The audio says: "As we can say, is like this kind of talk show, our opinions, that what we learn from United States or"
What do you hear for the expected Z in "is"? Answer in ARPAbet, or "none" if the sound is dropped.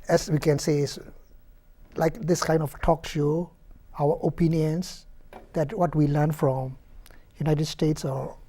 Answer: S